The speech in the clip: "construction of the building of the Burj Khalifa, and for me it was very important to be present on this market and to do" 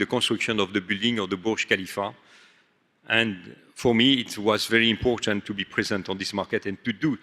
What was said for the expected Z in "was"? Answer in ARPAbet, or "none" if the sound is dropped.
Z